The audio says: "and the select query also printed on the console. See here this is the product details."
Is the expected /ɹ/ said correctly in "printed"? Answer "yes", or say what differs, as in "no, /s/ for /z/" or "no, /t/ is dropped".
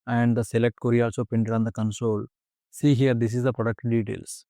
no, /ɹ/ is dropped